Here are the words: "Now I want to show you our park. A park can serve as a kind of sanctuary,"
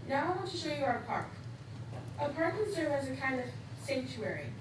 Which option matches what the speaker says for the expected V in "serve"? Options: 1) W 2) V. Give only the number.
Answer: 1